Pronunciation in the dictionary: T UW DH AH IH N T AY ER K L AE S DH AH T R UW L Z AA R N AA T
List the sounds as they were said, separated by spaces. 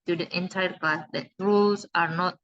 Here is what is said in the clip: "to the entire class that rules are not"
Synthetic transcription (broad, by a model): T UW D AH IH N T AY ER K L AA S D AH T R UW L S AA R N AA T